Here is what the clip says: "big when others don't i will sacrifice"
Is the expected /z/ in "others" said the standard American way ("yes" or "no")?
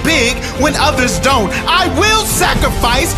yes